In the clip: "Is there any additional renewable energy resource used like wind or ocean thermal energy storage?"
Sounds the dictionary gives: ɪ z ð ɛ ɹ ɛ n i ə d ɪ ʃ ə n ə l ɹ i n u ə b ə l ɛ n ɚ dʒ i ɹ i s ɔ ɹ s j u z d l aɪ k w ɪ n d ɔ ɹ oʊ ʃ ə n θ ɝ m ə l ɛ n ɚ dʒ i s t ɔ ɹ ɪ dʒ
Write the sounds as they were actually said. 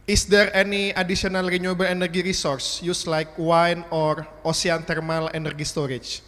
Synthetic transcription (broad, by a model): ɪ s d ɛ ɹ ɛ n i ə d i s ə n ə l ɹ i n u b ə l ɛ n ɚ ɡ i ɹ i s ɔ ɹ s j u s l aɪ k w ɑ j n ɔ ɹ oʊ s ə n t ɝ m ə l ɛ n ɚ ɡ i s t ɔ ɹ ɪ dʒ